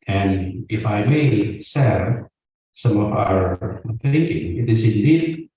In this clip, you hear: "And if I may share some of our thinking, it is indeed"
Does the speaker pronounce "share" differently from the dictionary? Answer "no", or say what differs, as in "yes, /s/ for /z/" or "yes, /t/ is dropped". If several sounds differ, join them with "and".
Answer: yes, /s/ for /ʃ/